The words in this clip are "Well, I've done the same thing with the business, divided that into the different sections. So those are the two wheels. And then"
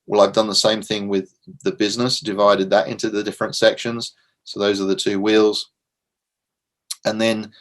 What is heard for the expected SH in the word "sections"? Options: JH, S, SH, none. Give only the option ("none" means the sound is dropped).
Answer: SH